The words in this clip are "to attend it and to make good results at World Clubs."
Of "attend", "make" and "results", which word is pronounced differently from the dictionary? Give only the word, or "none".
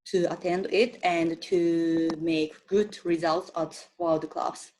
none